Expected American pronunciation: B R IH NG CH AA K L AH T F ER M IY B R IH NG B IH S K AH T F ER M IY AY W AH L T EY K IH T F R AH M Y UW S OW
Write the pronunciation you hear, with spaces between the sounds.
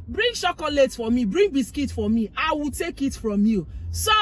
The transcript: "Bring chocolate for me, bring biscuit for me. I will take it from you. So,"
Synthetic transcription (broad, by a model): B R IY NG SH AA K L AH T F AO M IY B R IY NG B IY S K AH T F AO M IY AY W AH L T EY K IH T F R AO M Y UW S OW